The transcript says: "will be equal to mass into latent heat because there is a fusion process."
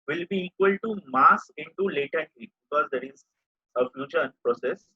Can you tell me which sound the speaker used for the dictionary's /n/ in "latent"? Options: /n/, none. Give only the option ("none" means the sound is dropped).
none